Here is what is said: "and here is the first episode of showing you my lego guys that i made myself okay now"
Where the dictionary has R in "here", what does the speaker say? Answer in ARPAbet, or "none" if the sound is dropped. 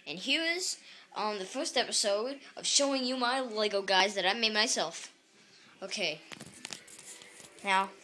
R